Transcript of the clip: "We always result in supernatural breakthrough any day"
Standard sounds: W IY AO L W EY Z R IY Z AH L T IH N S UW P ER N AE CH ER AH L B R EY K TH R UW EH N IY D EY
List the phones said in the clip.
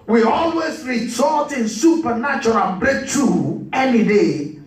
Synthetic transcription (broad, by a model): W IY AO L W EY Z R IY S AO T IH N S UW P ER N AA CH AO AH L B R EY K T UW EH N IY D EY